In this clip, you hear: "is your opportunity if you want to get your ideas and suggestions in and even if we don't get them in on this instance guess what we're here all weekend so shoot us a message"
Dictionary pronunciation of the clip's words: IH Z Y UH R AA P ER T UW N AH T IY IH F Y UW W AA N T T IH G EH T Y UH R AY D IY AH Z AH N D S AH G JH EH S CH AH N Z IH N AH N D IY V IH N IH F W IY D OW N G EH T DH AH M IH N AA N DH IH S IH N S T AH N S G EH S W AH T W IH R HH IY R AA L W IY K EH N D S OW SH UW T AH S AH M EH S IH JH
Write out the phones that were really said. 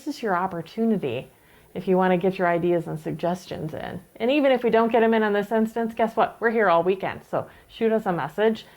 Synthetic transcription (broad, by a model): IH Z Y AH R AA P ER T UW N AH T IY IH F Y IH W AA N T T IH G EH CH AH R AY D IY AH Z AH N S AH G JH EH S CH AH N Z IH N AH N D IY V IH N IH F W IY D OW N G EH T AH M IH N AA N DH IH S IH N S T AH N S G EH S W AH T W IH R HH IY R AA L W IY K EH N D S OW SH UW T AH S AH M EH S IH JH